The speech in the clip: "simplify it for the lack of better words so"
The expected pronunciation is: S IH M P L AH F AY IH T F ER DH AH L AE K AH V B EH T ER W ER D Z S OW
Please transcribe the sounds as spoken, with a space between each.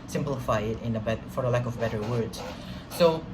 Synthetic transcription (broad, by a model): S IH M P L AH F AY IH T F ER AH L AE K AH V B EH T ER W ER D Z S OW